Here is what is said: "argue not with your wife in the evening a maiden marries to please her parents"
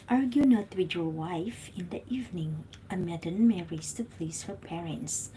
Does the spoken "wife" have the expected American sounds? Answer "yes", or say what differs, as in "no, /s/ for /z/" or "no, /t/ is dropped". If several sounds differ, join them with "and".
yes